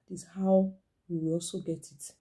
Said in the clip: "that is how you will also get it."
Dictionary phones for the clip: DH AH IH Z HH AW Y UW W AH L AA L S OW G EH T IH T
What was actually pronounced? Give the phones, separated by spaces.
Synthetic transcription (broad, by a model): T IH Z HH AW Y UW W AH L AA L S OW G EH T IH T